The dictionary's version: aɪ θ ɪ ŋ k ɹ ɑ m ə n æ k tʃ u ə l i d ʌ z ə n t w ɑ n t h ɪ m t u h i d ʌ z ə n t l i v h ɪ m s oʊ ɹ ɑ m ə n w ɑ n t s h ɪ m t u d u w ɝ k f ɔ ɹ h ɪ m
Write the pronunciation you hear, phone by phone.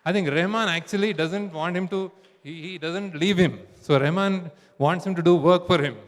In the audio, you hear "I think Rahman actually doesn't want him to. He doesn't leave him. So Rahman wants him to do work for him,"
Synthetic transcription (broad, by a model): aɪ t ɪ ŋ k ɹ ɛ m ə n æ k tʃ u ə l i d ʌ z ə n t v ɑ n t h ɪ m t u h i d ʌ z ə n t l i v h ɪ m s oʊ ɹ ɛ m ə n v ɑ n t s h ɪ m t u d u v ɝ k f ɔ ɹ h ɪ m